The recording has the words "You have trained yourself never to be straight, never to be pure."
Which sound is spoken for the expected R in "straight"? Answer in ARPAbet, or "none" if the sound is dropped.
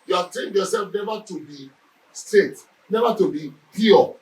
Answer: none